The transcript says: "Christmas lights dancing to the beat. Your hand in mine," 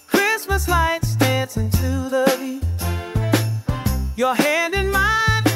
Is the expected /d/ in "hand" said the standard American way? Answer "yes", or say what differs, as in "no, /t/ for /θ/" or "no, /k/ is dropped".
yes